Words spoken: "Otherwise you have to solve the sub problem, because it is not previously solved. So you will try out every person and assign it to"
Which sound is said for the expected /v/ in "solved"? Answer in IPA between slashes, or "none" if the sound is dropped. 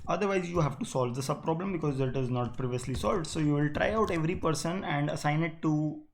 /v/